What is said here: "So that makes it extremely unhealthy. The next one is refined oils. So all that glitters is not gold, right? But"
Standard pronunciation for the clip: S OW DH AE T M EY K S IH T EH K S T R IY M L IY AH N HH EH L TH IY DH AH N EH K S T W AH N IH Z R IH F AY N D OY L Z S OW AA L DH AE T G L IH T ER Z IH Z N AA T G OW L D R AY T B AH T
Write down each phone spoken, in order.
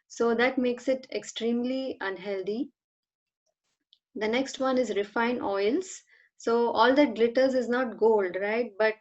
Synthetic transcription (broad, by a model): S OW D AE T M EY K S IH T EH K S T R IY M L IY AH N HH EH L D IY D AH N EH K S T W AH N IH Z R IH F AY N OY L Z S OW AA L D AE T G L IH T ER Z IH Z N AA T G OW L D R AY T B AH T